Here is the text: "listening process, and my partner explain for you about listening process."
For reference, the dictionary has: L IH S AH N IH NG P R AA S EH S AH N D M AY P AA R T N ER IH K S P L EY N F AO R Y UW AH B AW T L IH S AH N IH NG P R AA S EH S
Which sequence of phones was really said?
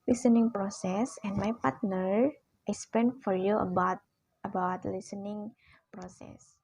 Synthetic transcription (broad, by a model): L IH S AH N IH NG P R AA S EH S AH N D M AY P AA R T N ER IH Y S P EY N F AO R Y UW AH B AW T L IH S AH N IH NG P R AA S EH S